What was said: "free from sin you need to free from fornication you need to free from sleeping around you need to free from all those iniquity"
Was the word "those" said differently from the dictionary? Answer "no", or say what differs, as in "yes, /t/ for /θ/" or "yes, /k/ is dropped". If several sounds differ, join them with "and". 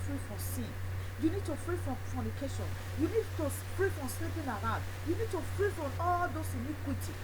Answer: yes, /s/ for /z/